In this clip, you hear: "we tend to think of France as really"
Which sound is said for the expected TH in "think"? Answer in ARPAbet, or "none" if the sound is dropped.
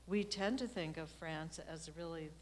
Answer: TH